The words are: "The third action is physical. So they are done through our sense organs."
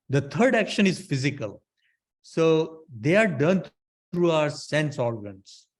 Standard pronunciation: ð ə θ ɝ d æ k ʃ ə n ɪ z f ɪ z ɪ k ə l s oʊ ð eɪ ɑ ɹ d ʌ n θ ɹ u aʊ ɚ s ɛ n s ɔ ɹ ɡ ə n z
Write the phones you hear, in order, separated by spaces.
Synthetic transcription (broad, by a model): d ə t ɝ d æ k ʃ ə n ɪ z f ɪ z ɪ k ə l s oʊ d eɪ ɑ ɹ d ʌ n t ɹ u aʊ ɚ s ɛ n s ɔ ɹ ɡ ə n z